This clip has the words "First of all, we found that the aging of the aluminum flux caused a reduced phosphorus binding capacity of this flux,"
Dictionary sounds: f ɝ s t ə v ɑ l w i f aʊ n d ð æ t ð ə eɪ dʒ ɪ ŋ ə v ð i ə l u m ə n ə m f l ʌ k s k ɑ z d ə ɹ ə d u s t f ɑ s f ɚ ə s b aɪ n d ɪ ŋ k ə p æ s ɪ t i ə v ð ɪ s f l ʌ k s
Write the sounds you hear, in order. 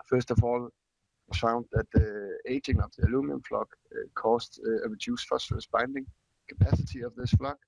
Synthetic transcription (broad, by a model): f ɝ s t ə v ɑ l f aʊ n d ð æ t ð ə eɪ dʒ ɪ ŋ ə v ð i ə l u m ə ə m f l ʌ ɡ k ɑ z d ə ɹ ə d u s f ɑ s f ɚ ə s b aɪ n d ɪ ŋ k ə p æ s ɪ t i ə v ð ɪ s f l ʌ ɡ